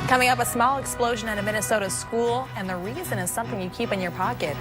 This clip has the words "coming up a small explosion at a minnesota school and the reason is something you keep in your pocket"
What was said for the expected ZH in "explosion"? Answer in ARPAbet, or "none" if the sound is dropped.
ZH